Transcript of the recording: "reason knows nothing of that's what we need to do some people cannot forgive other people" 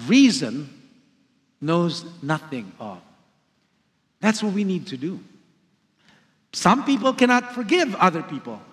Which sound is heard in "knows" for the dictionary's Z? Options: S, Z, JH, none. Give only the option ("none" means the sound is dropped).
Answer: Z